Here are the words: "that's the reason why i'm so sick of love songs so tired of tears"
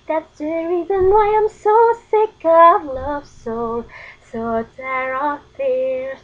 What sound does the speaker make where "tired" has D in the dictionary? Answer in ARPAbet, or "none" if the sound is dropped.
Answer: none